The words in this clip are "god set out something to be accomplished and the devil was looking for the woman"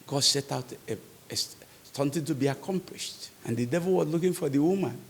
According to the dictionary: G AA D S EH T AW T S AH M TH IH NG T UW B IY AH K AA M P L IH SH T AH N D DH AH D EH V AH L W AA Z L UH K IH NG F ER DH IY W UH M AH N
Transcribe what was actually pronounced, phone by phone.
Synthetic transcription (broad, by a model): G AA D S EH T AW T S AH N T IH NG T UW B IY AH K AA M P L IH SH T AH N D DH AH D EH V AH L W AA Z L UH K IH NG F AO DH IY W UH M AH N